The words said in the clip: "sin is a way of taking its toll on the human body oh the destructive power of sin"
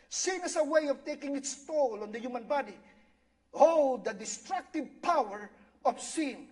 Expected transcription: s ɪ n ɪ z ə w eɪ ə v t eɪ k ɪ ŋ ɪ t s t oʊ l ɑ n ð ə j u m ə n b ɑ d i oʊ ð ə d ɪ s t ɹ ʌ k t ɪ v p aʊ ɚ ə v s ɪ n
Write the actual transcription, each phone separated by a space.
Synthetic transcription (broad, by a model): s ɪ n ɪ s ə w eɪ ə v t eɪ k ɪ ŋ ɪ t s t oʊ l ɑ n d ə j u m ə n b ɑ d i oʊ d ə d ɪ s t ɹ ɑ k t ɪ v p aʊ ɚ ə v s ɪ n